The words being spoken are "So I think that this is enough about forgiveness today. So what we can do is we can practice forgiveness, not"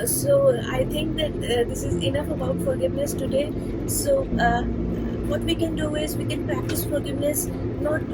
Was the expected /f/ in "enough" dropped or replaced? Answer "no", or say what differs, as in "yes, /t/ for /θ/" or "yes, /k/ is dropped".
no